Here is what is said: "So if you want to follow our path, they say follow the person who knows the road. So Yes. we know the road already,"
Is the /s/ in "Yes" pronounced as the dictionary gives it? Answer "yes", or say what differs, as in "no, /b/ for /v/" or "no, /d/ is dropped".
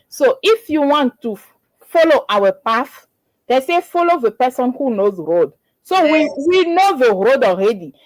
no, /s/ is dropped